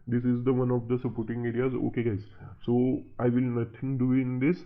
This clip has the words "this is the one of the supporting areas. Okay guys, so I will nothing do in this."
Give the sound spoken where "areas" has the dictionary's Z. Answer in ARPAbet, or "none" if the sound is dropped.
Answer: Z